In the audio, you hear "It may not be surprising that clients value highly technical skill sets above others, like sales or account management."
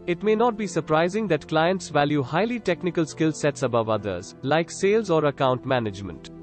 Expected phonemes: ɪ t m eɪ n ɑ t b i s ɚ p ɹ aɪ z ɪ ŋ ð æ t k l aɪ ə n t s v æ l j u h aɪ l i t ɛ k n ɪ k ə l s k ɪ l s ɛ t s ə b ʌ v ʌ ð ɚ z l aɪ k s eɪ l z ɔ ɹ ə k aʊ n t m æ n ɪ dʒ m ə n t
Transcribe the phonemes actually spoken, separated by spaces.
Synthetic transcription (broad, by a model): ɪ t m eɪ n ɑ t b i s ɚ p ɹ aɪ z ɪ ŋ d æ t k l aɪ ə n t s v æ l j u h aɪ l i t ɛ k n ɪ k ə l s k ɪ l s ɛ t s ə b ʌ v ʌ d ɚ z l aɪ k s eɪ l z ɔ ɹ ə k aʊ n t m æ n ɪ dʒ m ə n t